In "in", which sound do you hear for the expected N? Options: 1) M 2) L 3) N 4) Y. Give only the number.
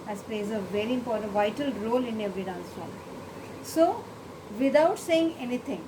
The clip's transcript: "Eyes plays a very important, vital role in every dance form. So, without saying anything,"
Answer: 3